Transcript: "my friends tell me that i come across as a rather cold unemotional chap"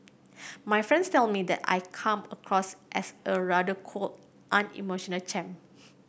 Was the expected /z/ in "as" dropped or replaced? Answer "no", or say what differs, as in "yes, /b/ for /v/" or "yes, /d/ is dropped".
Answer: yes, /s/ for /z/